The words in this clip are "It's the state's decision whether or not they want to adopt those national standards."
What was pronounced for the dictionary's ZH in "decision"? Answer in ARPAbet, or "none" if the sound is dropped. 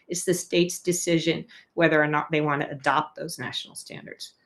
ZH